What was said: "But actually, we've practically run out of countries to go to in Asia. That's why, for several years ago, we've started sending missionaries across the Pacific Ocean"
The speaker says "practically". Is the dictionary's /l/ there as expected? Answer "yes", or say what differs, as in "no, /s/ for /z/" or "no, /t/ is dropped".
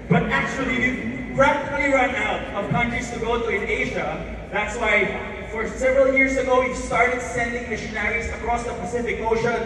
no, /l/ is dropped